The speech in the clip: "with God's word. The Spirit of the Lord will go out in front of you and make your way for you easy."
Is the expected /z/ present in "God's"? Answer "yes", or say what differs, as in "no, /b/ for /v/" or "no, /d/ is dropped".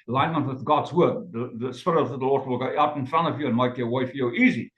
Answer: yes